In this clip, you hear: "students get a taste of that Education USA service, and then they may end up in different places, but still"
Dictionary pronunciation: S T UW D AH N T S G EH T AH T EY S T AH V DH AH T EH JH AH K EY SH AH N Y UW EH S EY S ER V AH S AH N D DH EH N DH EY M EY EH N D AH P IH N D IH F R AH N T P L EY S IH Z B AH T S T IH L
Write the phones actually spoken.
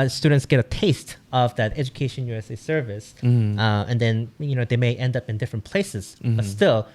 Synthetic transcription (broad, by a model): S T UW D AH N T S G EH T AH T EY S T AH V DH AH T EH JH AH K EY SH AH N Y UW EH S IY S ER V AH S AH N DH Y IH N DH EY M EY EH N D AH P IH N D IH F R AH N P L EY S IH Z B AH T S T IH L